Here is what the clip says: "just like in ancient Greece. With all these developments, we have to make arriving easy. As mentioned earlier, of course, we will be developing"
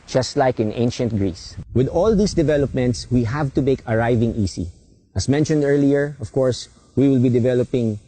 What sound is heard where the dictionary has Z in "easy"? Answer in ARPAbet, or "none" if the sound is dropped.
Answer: S